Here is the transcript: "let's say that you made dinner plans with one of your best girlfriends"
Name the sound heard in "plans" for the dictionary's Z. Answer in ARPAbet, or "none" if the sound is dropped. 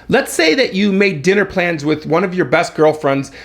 Z